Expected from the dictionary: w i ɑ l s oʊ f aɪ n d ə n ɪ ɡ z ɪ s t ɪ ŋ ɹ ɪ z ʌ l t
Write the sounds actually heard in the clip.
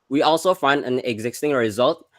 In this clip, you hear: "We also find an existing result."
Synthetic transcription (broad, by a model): w i ɑ l s oʊ f aɪ n d ə n ɪ ɡ z ɪ s t ɪ ŋ ɹ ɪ z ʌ l t